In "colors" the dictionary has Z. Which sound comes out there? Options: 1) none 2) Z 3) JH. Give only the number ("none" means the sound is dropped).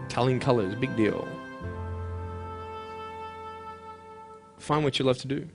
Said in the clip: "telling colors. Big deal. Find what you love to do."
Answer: 2